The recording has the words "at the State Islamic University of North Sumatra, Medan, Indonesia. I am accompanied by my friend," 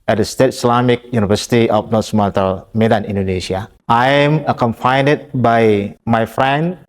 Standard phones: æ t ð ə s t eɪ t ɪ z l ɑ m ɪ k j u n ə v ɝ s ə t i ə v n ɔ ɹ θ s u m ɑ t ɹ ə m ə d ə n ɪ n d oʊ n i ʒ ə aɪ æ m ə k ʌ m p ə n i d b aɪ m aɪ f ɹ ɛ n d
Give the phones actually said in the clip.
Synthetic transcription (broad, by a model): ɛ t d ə s t eɪ t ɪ s l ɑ m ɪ k j u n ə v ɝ s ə t i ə f n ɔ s m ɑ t ə m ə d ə n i n d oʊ n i ʃ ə aɪ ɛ m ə k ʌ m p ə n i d b aɪ m aɪ f ɹ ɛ n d